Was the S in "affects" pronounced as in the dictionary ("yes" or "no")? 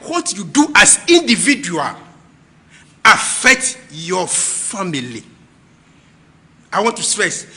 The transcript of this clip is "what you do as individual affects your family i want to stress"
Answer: no